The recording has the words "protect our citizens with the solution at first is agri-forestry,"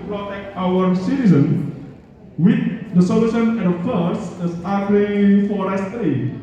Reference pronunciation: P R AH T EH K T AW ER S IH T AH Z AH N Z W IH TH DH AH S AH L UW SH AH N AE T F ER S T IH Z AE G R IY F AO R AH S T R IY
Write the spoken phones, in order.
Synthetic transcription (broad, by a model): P R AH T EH K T AW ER S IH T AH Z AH N W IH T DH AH S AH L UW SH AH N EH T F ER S IH S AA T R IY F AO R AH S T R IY